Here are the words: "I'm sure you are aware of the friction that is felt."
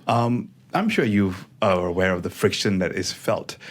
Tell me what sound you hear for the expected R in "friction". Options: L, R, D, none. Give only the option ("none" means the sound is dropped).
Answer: R